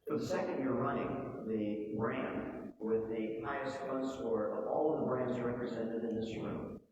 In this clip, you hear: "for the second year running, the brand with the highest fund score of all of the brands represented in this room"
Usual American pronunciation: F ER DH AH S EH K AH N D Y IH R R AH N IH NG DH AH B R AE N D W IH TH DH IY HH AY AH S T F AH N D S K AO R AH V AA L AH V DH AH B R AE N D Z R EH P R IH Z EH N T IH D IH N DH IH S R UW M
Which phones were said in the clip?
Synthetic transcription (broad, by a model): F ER DH AH S EH K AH N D Y IH R R AH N IH NG DH AH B R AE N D W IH DH IY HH AY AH S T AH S AO R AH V AA L AH V DH AH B R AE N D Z R EH P R IH Z EH N T IH D IH N DH IH S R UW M